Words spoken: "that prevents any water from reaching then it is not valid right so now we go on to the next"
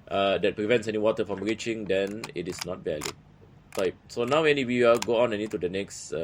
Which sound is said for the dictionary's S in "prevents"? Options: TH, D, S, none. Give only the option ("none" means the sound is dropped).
S